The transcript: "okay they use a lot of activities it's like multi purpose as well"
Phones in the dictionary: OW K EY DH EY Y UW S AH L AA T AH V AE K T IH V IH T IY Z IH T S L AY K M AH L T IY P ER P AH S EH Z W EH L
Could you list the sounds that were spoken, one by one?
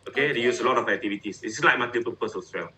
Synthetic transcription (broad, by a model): OW K EY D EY Y UW S AH L AA T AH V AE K T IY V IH T IY S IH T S L AY K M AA T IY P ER P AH S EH S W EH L